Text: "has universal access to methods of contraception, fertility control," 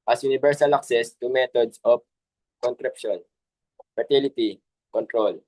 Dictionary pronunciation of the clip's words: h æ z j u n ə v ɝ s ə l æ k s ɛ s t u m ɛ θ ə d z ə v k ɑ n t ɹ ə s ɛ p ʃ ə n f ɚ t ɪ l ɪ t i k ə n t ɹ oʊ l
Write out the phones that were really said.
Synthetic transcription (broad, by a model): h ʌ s j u n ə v ɝ s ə l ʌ k s ɛ s t u m ɛ t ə d s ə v k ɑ n t ɹ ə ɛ p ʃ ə n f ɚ t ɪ l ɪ t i k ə n t ɹ oʊ l